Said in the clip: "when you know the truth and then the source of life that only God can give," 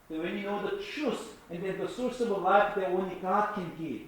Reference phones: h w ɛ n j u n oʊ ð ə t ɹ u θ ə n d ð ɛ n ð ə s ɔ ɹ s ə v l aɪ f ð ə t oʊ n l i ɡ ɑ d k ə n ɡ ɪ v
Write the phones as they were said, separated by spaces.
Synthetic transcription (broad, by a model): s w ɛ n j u n oʊ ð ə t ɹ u s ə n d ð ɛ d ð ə s ɔ ɹ s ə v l aɪ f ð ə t oʊ n l i ɡ ɑ d k ə n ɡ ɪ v